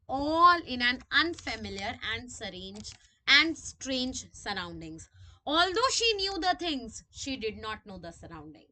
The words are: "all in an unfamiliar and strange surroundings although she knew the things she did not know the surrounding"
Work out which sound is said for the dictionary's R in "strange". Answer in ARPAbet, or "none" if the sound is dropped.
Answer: R